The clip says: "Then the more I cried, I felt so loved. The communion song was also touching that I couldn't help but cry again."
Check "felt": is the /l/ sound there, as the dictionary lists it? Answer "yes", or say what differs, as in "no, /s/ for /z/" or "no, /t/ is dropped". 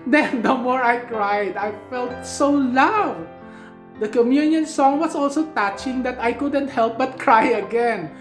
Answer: yes